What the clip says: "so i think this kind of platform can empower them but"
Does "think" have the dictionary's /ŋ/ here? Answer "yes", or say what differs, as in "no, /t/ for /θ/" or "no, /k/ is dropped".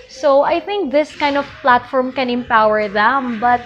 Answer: yes